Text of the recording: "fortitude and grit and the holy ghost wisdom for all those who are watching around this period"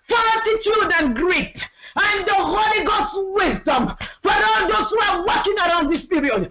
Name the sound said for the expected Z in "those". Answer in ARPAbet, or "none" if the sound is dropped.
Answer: S